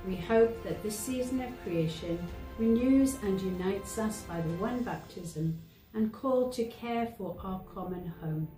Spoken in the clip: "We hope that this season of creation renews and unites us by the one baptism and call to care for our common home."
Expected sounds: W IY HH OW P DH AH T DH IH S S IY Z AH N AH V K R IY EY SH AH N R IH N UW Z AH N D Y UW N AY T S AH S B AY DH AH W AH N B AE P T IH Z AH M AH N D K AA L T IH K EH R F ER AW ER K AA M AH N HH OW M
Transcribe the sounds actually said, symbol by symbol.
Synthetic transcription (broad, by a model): W IY HH OW P DH AH T DH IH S S IY Z AH N AH V K R IY EY SH AH N R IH N UW Z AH N Y UW N AY T S AH S B AY DH AH W AH N B AE P T IH Z AH M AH N K AA L T IH K EH R F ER AW ER K AA M AH N HH OW M